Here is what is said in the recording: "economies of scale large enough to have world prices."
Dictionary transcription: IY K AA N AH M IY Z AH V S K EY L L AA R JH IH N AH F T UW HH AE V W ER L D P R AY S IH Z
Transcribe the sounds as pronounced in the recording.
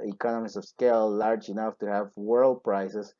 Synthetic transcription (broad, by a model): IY K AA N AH M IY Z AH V S K EY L L AA R JH IH N AH F T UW HH AE V W ER L D P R AY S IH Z